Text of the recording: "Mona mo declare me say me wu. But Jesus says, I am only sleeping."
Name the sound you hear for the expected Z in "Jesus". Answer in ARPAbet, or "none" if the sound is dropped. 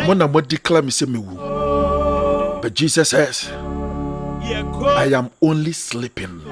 S